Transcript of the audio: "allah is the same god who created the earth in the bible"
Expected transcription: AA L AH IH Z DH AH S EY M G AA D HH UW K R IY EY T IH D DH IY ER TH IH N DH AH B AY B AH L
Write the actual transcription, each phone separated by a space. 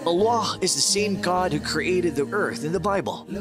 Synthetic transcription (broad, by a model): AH L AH IH Z DH AH S EY M G AA D HH UW K R IY EY T IH D DH IY ER TH IH N DH AH B AY B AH L